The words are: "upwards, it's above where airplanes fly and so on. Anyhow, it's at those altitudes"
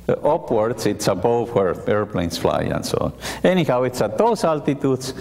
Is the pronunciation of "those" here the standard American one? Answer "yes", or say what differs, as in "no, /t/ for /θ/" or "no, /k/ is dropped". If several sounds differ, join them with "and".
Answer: no, /s/ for /z/